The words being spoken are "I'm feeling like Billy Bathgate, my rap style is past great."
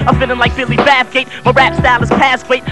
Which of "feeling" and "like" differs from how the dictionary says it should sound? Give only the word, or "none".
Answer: feeling